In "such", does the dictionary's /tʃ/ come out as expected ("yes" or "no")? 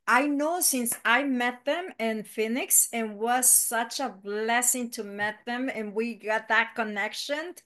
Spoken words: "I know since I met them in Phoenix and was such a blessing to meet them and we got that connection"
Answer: yes